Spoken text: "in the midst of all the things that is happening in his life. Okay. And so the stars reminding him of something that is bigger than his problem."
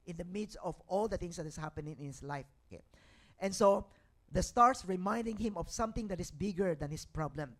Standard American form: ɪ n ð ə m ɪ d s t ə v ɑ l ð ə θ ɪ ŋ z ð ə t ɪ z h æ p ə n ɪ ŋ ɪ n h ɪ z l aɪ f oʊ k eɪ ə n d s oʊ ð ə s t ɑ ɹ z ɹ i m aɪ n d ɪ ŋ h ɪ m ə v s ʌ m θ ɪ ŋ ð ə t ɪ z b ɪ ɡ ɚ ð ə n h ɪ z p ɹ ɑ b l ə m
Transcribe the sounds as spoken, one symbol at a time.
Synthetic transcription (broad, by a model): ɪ n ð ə m ɪ d s t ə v ɑ l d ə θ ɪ ŋ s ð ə t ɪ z h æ p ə n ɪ ŋ ɪ n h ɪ s l aɪ f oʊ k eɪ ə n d s oʊ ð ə s t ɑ ɹ s ɹ i m aɪ n d ɪ ŋ h ɪ m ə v s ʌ m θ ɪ ŋ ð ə t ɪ s b ɪ ɡ ɚ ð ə n h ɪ s p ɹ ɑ b l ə m